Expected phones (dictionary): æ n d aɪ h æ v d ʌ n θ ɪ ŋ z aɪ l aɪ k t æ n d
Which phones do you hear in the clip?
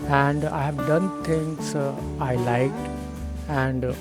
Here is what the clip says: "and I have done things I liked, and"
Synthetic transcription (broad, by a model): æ n d aɪ h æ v d ʌ n t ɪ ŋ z aɪ l aɪ k t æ n d